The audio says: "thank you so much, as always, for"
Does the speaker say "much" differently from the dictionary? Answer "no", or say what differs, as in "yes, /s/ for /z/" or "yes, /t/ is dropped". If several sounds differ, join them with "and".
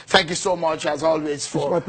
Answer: no